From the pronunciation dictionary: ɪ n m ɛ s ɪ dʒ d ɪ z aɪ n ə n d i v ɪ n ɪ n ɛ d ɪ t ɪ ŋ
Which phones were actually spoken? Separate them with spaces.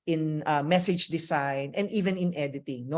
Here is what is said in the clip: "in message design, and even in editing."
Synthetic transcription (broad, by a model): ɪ n m ɛ s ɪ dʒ d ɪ s aɪ n ə n d i v ɪ n ɪ n ɛ d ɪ t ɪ ŋ